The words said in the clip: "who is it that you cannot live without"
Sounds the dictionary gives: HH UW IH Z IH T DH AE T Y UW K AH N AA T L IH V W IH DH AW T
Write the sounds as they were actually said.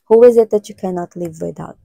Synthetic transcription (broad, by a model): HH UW IH Z IH T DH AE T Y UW K AH N AA T L IH V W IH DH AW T